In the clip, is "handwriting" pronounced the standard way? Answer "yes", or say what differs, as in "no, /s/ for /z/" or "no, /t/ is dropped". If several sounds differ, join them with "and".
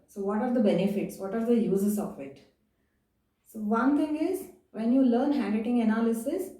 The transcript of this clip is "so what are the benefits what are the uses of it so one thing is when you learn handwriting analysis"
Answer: no, /ɹ/ is dropped